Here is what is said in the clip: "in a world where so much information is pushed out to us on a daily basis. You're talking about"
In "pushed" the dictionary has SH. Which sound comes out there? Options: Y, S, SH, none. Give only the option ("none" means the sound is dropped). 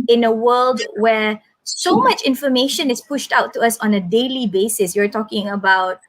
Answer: SH